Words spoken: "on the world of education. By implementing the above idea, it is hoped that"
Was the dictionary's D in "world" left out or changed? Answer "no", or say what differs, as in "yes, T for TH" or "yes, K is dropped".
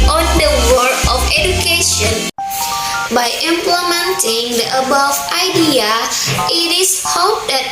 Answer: yes, D is dropped